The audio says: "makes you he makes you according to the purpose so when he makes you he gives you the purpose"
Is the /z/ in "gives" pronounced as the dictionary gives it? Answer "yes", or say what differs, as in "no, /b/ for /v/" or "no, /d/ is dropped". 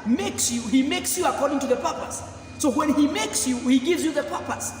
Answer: yes